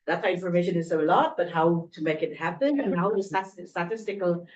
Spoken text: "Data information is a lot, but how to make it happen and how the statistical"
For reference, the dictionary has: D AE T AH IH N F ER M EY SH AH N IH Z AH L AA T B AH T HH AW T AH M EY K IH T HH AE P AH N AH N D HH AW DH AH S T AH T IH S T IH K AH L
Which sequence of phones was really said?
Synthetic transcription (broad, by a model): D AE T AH IH N F ER M EY SH AH N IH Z AH L AA T B AH T HH AW T AH M EY K IH T HH AE P AH N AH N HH AW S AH S T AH T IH S T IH K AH L